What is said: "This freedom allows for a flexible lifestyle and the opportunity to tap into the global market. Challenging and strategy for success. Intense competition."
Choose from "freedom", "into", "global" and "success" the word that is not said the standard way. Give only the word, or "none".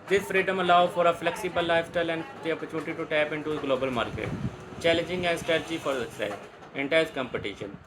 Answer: success